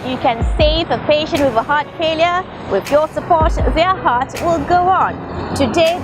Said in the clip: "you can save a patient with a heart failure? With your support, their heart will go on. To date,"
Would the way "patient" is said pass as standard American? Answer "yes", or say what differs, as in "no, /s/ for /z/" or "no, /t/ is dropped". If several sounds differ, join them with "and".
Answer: yes